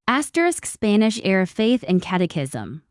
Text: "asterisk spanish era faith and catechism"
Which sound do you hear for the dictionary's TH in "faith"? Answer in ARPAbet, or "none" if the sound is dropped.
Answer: TH